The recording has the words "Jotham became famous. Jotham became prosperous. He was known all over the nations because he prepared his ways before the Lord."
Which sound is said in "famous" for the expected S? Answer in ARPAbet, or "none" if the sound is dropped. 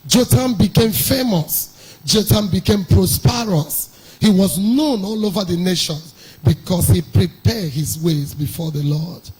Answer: S